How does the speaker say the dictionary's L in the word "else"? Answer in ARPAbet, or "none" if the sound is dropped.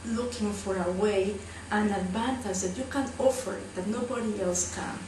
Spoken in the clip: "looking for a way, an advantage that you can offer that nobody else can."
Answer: L